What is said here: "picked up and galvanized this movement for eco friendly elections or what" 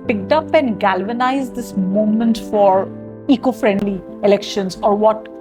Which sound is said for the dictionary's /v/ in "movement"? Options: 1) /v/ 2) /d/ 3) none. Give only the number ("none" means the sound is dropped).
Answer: 3